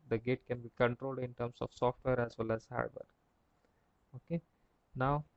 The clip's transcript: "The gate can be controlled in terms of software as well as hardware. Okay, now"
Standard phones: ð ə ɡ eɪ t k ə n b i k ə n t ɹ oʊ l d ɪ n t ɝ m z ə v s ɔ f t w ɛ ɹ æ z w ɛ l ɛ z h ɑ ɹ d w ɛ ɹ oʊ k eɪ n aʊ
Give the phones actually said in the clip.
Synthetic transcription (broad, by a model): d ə ɡ eɪ t k ə n b i k ə n t ɹ oʊ l d ɪ n t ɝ m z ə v s ɔ f t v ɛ ɹ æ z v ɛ l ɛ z h ɑ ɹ d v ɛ ɹ oʊ k eɪ n aʊ